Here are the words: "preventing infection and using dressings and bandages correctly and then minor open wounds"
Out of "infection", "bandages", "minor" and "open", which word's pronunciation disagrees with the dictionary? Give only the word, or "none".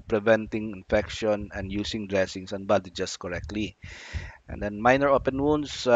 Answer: bandages